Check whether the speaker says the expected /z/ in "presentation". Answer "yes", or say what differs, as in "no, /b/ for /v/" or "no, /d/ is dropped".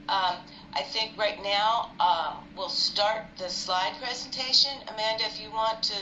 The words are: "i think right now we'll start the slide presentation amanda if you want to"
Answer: yes